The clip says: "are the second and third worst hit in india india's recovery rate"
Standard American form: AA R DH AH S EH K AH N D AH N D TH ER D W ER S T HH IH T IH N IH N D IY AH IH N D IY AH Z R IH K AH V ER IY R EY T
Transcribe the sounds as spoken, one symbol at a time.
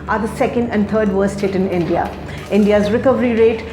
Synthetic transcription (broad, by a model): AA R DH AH S EH K AH N D AH N D T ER D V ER S T HH IH T IH N IH N D IY AH IH N D IY AH Z R IH K AH V ER IY R EY T